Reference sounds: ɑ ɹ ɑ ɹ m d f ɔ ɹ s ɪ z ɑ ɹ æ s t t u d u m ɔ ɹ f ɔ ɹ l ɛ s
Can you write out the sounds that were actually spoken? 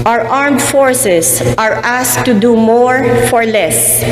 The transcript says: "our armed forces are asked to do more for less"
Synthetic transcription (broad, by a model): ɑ ɹ ɑ ɹ m d f ɔ ɹ s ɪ s ɑ ɹ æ s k t u d u m ɔ ɹ f ɔ ɹ l ɛ s